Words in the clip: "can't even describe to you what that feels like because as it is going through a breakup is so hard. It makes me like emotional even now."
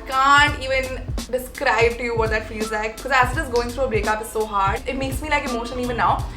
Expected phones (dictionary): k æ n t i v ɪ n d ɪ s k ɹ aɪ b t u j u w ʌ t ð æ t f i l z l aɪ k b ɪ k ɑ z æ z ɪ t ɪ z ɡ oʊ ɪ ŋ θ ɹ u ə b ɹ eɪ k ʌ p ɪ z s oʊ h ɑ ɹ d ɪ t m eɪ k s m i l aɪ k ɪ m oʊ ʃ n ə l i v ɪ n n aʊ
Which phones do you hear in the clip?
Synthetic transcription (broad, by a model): k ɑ n t i v ɪ n d ɪ s k ɹ aɪ b t u j u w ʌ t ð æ t f i l z l aɪ k b ɪ k ɑ z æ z ɪ t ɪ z ɡ oʊ ɪ ŋ t ɹ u ə b ɹ eɪ k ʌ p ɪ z s oʊ h ɑ ɹ d ɪ t m eɪ k s m i l aɪ k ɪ m oʊ ʃ ə n i v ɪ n n aʊ